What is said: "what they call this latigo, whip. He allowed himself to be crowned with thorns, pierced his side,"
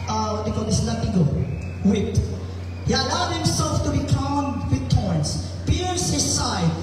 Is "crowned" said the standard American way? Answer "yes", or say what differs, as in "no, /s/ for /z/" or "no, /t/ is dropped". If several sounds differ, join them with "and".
no, /ɹ/ is dropped